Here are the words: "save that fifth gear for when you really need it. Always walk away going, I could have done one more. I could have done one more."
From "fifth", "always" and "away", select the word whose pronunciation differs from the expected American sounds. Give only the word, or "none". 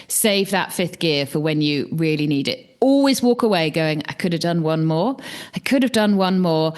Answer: none